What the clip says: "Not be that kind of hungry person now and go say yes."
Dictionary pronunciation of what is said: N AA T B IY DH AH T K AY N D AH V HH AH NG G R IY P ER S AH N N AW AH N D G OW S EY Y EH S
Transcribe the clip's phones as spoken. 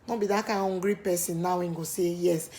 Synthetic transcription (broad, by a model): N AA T B IY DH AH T K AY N AH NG G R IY P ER S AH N N AW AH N G OW S EY Y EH S